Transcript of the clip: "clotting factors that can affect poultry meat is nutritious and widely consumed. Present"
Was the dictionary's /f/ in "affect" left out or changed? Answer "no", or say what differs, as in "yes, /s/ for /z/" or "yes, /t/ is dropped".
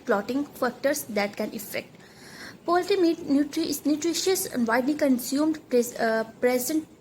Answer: no